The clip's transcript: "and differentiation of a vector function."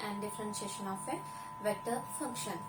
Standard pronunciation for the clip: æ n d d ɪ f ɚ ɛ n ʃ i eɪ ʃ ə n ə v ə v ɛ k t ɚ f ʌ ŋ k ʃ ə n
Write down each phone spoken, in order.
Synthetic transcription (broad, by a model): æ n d d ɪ f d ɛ n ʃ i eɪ ʃ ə n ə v ə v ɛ t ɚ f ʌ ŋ k ʃ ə n